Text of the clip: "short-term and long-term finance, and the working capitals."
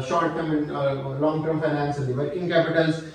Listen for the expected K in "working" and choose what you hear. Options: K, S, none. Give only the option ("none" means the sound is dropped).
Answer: none